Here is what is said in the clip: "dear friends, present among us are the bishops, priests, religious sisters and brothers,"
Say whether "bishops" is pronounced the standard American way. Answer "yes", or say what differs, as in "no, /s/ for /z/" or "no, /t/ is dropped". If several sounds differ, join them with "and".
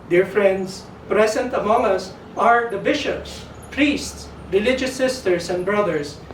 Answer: yes